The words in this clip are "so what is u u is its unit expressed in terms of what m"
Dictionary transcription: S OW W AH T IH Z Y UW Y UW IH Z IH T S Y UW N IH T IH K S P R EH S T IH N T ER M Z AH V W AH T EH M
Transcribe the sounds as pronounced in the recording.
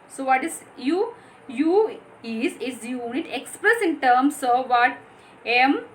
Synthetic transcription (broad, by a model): S OW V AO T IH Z Y UW Y UW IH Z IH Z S Y UW N IH T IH K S P R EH S IH N T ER M S AH V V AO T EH M